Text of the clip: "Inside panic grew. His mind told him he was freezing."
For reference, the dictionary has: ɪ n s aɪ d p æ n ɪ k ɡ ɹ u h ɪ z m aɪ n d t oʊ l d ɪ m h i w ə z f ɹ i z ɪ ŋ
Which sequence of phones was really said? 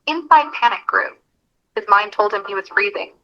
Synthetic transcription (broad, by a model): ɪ n s aɪ d p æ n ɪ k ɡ ɹ u h ɪ z m aɪ n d t oʊ l d ɪ m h i w ə z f ɹ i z ɪ ŋ